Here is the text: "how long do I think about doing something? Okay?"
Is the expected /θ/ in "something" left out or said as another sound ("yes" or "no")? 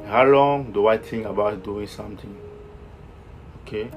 yes